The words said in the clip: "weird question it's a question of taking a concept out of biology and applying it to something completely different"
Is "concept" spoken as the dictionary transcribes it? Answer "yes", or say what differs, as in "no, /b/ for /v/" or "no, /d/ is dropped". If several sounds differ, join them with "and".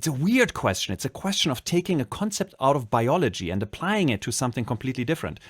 yes